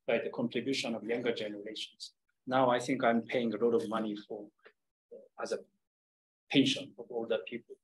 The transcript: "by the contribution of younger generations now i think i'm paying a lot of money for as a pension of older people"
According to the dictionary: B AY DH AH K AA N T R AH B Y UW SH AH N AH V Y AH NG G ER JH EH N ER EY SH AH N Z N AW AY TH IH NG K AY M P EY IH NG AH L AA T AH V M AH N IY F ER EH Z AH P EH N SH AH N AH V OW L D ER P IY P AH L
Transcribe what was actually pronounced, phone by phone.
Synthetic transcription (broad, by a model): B AY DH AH K AA N T R AH B Y UW SH AH N AH V Y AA NG G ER JH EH N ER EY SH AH N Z N AW AY TH IH NG K AY M P EY IH NG AH L AA T AH V M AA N IY F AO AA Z AH P EH N SH AH N AH V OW L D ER P IY P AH L